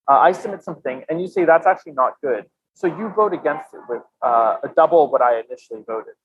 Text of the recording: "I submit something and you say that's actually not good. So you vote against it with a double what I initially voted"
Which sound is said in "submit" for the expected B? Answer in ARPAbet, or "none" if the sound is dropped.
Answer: none